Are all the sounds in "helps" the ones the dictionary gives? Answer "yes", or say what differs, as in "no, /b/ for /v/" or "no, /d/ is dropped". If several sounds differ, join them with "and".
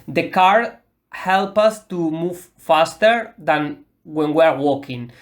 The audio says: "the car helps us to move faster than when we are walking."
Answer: no, /s/ is dropped